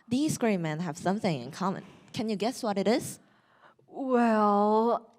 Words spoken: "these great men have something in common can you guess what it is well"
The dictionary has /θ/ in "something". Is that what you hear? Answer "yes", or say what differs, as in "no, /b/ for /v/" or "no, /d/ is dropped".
yes